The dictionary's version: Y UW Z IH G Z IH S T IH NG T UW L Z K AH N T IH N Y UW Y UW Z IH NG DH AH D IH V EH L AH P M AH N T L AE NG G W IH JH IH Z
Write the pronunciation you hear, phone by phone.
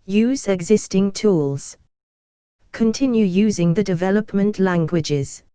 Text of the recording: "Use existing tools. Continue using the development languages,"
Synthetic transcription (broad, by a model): Y UW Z IH G Z IH S T IH NG T UW L Z K AH N T IH N Y UW Y UW Z IH NG DH AH D IH V EH L AH P M AH N T L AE NG G W IH JH IH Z